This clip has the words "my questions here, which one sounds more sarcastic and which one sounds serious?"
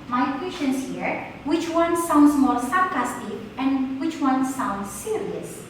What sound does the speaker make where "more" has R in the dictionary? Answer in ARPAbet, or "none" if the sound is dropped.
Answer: L